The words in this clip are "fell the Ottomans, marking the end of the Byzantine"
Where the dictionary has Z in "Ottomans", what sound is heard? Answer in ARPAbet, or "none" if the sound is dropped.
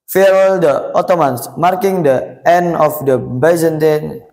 S